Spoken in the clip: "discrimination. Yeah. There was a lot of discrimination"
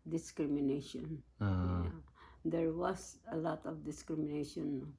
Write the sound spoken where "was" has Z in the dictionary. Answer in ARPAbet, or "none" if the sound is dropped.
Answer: S